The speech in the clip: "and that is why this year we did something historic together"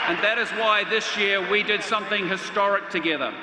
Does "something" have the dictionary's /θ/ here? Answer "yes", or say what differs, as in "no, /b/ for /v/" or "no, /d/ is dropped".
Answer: yes